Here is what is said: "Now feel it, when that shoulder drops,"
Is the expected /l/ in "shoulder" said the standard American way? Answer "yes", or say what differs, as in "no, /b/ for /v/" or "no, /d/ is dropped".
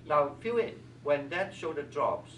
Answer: no, /l/ is dropped